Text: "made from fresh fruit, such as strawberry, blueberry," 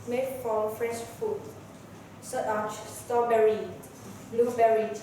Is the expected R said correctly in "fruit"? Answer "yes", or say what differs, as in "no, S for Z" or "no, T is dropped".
no, R is dropped